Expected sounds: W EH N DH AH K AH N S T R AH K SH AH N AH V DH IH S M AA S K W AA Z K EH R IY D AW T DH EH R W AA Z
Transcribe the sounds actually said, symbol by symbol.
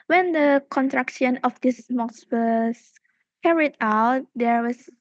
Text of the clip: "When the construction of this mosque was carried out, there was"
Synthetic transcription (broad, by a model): W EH N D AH K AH N T R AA K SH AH N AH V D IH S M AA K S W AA S K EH R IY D AW T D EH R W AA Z